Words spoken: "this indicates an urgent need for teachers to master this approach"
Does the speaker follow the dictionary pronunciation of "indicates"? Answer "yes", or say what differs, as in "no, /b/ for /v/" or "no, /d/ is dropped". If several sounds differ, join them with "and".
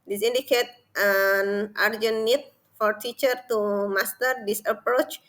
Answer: no, /s/ is dropped